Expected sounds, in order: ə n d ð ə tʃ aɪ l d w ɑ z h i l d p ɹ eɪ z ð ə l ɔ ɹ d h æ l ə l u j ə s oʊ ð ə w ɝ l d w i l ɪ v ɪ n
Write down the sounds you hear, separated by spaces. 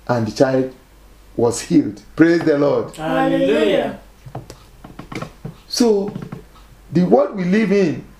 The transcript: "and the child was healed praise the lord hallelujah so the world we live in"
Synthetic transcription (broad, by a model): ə n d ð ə tʃ aɪ l d w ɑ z h i l d p ɹ eɪ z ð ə l ɔ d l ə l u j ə s oʊ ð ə w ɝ d w i l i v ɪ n